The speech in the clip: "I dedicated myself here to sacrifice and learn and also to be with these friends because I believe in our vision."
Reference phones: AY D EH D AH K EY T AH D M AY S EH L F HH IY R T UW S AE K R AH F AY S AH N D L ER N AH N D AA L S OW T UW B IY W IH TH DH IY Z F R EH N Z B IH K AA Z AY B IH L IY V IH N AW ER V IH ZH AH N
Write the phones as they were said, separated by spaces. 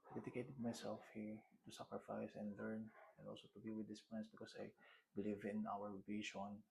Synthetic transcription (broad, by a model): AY D EH D AH K EY T AH D M AY S EH L F HH IY R T UW S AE K R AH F AY S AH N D L ER N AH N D AA L S OW T UW B IY W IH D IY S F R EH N S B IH K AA S AY B IH L IY V IH N AW ER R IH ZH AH N